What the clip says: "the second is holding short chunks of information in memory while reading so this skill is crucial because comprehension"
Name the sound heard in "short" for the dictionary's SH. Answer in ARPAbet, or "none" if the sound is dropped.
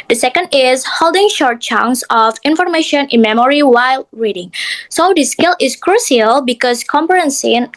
SH